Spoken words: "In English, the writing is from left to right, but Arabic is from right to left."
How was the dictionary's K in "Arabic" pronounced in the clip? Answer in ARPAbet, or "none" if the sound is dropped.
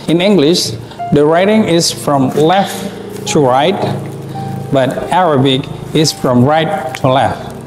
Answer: K